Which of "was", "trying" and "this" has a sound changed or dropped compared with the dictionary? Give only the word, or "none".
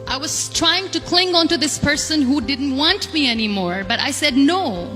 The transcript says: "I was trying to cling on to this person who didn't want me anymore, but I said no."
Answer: none